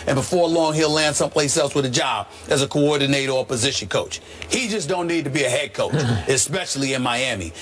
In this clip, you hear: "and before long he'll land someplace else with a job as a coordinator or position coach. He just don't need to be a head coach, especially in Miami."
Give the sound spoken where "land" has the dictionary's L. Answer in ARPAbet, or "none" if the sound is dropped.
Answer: L